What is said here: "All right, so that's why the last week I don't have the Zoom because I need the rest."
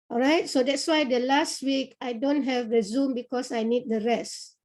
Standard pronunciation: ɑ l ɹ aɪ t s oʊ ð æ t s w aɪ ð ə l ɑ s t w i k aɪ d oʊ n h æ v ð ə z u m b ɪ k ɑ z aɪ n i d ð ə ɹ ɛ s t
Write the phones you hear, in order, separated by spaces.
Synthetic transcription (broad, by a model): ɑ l ɹ aɪ t s oʊ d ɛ t s w aɪ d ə l ɑ s t w i k aɪ d oʊ n h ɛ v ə z u m b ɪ k ɑ s aɪ n i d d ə ɹ ɛ s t